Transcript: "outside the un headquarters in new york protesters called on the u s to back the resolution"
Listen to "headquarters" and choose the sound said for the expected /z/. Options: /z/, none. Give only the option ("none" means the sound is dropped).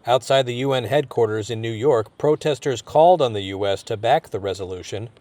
/z/